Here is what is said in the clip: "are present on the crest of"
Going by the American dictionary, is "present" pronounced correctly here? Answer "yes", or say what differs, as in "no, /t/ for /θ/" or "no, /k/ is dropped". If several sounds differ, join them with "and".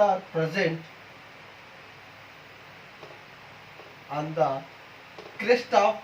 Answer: yes